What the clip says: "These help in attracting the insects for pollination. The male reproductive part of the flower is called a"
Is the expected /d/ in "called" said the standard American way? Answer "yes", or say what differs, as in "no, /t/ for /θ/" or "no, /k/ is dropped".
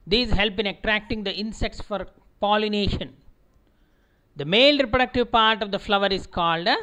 yes